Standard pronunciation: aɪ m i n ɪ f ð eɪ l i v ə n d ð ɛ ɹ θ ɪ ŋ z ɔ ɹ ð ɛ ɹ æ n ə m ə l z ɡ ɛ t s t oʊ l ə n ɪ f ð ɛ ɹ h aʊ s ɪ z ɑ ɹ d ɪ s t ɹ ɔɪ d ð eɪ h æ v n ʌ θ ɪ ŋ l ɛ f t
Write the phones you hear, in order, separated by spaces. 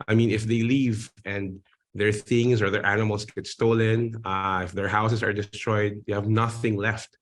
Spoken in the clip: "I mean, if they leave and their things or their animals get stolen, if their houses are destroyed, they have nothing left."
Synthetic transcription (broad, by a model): aɪ m i n ɪ f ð eɪ l i v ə n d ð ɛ ɹ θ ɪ ŋ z ɔ ɹ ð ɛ ɹ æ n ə m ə l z ɡ ɛ t s t oʊ l ə n ɪ f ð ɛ ɹ h aʊ s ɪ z ɑ ɹ d ɪ s t ɹ ɔɪ d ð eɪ h æ v n ʌ θ ɪ ŋ l ɛ f t